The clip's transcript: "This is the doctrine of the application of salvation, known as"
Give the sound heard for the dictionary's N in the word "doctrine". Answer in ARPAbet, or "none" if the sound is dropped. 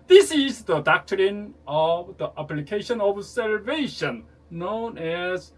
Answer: N